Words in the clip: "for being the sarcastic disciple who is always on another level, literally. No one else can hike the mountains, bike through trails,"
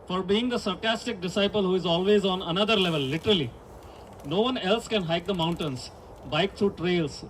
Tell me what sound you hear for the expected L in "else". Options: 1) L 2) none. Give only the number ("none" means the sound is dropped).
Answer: 1